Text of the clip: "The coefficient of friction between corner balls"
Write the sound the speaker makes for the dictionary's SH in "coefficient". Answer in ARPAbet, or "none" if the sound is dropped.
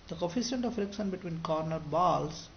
S